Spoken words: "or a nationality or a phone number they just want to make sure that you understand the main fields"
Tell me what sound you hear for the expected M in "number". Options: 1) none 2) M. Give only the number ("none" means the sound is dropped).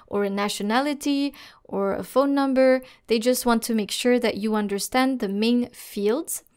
2